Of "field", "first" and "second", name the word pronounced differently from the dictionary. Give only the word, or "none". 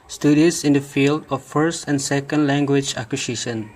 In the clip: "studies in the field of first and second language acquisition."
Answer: none